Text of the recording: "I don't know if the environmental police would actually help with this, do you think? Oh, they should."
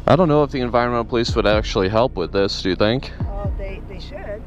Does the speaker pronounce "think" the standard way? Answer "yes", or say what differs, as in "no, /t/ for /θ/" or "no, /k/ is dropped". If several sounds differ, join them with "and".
yes